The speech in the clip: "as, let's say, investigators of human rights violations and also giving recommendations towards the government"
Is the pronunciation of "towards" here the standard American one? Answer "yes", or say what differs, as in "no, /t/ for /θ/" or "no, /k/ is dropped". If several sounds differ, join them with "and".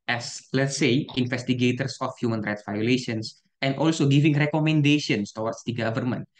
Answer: no, /w/ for /ɹ/